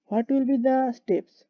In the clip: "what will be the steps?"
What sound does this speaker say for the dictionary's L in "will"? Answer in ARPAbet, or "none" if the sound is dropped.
L